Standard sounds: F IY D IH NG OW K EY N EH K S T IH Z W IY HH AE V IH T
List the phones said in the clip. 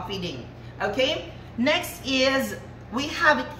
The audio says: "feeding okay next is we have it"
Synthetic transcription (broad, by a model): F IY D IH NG OW K EY N EH K S T IH Z W IY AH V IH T